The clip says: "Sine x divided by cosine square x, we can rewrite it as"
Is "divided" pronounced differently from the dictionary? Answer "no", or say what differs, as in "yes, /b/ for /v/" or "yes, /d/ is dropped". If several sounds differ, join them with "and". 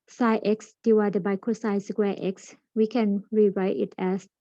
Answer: yes, /w/ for /v/